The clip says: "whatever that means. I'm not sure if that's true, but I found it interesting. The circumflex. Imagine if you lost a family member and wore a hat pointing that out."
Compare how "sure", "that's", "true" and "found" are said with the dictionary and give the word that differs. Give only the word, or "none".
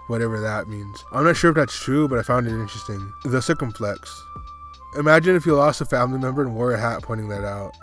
none